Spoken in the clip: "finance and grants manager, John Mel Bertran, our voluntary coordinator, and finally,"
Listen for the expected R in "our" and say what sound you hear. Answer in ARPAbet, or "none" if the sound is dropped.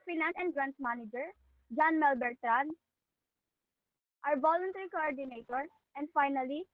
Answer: R